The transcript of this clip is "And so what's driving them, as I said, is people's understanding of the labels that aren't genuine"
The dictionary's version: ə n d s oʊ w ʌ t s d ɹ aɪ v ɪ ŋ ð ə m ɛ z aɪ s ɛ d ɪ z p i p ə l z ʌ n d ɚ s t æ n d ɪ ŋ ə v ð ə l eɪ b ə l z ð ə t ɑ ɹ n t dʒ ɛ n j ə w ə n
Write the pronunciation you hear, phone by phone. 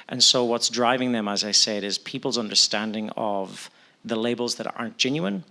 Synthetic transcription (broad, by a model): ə n s oʊ w ʌ t s d ɹ aɪ v ɪ ŋ ð ə m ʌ z aɪ s ɛ d ɪ z p i p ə l z ʌ n d ɚ s t æ n d ɪ ŋ ə v ð ə l eɪ b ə l z ð ə t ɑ ɹ n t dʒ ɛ n j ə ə n